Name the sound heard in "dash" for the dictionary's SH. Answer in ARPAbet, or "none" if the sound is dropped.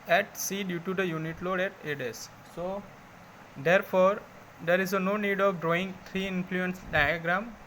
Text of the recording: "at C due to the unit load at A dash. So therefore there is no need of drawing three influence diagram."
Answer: S